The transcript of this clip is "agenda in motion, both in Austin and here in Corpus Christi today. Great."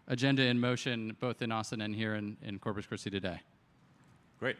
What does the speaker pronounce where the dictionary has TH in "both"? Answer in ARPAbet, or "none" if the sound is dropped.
TH